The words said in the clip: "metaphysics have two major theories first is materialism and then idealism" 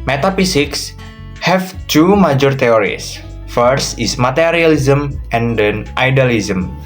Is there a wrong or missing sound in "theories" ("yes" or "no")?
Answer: yes